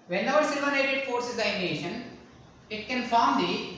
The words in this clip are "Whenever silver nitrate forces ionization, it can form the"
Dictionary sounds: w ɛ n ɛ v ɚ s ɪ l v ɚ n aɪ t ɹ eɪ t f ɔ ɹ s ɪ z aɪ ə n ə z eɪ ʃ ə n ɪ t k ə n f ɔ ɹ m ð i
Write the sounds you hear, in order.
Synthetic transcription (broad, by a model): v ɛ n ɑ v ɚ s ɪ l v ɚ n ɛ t eɪ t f ɔ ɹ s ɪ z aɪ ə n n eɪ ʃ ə n ɪ t k ə n f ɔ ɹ m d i